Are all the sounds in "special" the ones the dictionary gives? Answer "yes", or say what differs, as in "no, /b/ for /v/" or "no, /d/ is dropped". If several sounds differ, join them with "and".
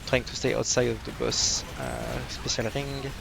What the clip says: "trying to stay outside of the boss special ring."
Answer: no, /s/ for /ʃ/